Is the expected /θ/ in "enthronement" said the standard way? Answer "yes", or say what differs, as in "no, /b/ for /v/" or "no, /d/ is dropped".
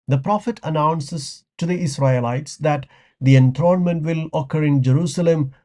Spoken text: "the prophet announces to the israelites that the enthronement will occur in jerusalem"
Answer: no, /t/ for /θ/